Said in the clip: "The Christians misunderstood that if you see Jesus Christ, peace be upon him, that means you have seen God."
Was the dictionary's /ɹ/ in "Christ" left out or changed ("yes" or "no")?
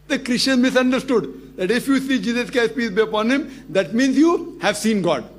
yes